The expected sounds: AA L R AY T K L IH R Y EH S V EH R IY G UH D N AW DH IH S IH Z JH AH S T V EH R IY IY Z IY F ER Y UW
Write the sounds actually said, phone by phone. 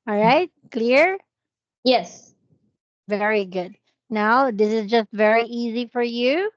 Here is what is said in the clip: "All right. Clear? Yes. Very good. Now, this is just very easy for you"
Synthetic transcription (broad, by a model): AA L R AY T K L IH R Y EH S V EH R IY G UH D N AW DH IH S IH Z JH AH S T V EH R IY IY Z IY F ER Y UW